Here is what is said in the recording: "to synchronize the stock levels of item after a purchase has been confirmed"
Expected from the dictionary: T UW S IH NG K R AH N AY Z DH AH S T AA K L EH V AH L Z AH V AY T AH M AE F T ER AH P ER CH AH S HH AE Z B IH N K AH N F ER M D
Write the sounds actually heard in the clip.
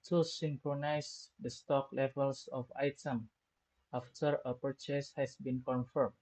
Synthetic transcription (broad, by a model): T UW S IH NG K R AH N AY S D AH S T AA K L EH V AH L S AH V AY T AH M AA F T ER AH P ER CH AH S HH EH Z B IH N K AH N F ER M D